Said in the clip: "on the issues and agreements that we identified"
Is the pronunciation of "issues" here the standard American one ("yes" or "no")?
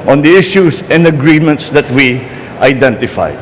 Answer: no